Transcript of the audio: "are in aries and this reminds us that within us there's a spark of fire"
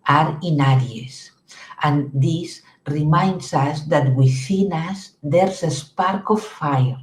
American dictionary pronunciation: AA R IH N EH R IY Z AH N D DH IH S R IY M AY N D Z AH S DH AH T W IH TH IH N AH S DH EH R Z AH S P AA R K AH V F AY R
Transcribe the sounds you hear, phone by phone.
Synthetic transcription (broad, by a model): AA R IH N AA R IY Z AH N D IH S R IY M AY N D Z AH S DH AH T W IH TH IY N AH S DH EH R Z AH S P AA R K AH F AY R